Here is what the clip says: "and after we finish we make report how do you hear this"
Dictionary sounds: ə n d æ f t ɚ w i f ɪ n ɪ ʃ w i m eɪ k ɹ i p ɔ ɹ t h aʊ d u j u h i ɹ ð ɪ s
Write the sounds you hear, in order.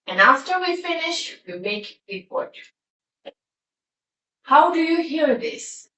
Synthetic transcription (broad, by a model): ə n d æ f t ɚ w i f ɪ n ɪ ʃ w i m eɪ k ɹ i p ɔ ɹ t h aʊ d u j u h i ɹ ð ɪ s